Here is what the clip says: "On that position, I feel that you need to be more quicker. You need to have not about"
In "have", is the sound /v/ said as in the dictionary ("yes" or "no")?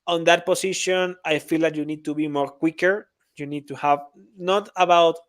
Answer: yes